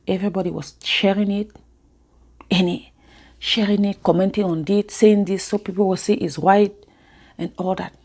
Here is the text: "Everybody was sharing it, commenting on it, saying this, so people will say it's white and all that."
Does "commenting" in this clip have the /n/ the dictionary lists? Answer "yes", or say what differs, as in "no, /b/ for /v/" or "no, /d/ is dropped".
yes